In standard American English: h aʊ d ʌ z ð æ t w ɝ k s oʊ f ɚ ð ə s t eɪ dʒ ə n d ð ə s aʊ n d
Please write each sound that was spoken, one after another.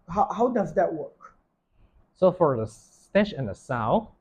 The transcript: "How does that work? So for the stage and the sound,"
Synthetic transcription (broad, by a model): h aʊ d ʌ z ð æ t w ɝ k s oʊ f ɚ ð ə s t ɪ ʃ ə n ð ə s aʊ